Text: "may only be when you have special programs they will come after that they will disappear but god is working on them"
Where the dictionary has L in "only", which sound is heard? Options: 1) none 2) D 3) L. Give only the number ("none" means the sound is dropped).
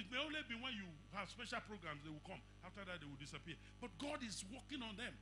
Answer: 3